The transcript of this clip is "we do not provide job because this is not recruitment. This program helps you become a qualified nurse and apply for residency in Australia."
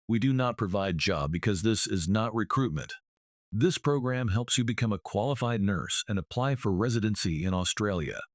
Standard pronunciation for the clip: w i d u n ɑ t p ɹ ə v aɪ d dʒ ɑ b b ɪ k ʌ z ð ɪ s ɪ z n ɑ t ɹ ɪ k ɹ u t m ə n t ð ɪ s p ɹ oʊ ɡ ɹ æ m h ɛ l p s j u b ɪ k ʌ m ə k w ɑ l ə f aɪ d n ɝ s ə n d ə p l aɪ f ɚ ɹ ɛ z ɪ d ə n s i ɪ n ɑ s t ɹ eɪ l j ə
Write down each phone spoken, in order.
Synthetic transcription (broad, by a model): w i d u n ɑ t p ɹ ə v aɪ d dʒ ɑ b b ɪ k ʌ z ð ɪ s ɪ z n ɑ t ɹ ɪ k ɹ u t m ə n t ð ɪ s p ɹ oʊ ɡ ɹ æ m h ɛ l p s j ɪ b ɪ k ʌ m ə k w ɑ l ə f aɪ d n ɝ s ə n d ə p l aɪ f ɚ ɹ ɛ z ɪ d ə n s i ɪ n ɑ s t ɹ eɪ l j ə